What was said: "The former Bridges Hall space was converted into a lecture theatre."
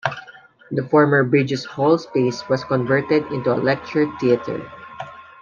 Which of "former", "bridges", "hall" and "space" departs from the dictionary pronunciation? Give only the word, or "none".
bridges